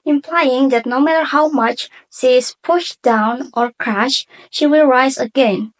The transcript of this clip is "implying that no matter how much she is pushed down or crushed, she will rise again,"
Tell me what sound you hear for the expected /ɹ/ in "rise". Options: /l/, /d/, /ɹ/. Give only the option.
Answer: /ɹ/